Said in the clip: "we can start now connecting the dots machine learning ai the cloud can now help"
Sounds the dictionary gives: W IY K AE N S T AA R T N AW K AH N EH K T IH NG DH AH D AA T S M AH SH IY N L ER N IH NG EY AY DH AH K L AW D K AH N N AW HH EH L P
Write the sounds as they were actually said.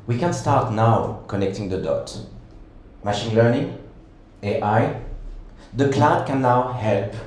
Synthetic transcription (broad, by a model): W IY K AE N S T AA R T N AW K AH N EH K T IH NG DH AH D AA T M AH SH IY N L ER N IH NG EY AY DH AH K L AW D K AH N N AW HH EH L P